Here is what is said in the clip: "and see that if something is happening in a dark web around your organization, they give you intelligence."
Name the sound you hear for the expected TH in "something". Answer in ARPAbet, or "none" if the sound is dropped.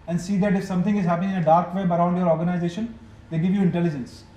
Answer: T